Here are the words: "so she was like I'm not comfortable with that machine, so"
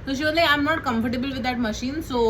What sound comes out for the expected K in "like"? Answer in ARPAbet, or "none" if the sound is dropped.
none